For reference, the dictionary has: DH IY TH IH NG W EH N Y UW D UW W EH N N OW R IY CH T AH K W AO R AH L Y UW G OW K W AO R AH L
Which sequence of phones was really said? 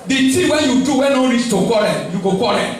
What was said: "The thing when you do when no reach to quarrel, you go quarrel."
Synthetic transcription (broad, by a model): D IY T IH W EH N Y UW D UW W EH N N OW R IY S T AH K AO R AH Y UW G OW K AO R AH